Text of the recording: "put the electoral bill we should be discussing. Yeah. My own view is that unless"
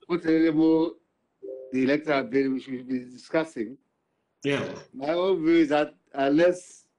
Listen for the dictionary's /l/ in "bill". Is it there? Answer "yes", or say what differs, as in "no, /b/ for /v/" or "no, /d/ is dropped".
no, /n/ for /l/